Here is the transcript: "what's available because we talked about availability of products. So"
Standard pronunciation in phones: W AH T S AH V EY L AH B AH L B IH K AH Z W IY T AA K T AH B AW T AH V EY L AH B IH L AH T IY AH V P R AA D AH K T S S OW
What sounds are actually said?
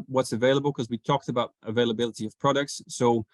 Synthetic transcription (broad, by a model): W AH T S AH V EY L AH B AH L K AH Z W IY T AA K T AH B AW T AH V EY L AH B IH L AH T IY AH V P R AA D AH K T S S OW